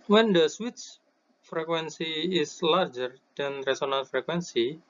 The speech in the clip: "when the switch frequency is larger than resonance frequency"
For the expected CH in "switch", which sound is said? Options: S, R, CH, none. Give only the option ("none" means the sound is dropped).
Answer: S